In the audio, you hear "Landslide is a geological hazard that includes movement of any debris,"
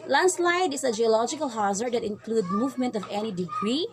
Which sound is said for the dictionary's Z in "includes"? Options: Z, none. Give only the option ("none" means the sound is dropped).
none